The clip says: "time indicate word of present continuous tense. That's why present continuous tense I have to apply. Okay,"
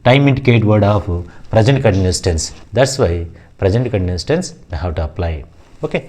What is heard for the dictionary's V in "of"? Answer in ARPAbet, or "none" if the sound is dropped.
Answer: P